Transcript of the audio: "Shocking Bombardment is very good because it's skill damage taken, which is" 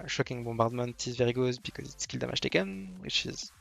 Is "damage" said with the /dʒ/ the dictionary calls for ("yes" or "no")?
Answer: no